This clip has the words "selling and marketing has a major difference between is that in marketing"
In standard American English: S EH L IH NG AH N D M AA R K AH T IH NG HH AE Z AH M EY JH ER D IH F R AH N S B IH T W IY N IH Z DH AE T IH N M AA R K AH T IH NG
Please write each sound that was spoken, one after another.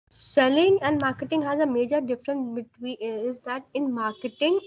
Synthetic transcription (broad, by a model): S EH L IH NG AH N D M AA R K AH T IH NG HH AE Z AH M EY JH ER D IH F R AH N S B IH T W IY IH Z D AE T IH N M AA R K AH T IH NG